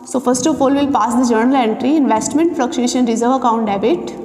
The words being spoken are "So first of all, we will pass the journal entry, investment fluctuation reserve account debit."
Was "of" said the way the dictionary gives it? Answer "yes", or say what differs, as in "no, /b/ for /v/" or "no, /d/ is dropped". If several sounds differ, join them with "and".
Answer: no, /p/ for /v/